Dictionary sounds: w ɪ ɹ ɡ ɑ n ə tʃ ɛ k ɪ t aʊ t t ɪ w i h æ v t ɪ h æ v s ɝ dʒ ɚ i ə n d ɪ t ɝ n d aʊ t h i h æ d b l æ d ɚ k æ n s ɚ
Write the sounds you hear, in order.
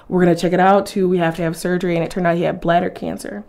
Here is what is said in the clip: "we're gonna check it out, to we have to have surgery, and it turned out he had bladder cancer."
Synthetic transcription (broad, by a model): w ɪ ɹ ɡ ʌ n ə tʃ ɛ k ɪ t aʊ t t ɪ w i h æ f t ɪ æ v s ɝ dʒ ɚ i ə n ɪ t ɝ n d aʊ t h i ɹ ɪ b l æ d ɚ k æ n s ɚ